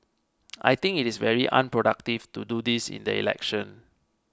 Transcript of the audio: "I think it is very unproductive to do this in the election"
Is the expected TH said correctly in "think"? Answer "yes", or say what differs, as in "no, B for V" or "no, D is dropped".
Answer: no, T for TH